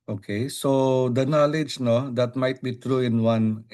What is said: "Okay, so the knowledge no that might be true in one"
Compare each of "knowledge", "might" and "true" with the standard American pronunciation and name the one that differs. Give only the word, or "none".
none